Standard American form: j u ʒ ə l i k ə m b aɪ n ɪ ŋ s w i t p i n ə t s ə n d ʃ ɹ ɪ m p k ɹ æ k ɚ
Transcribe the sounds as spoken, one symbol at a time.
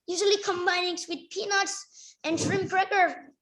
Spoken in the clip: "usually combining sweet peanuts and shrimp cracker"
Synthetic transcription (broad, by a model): j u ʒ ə l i k ə m b aɪ n ɪ ŋ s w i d p i n ə t s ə n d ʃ ɹ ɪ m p ɹ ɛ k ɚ